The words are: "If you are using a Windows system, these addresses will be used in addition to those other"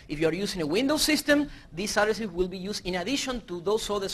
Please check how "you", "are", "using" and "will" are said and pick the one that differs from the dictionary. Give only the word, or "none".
using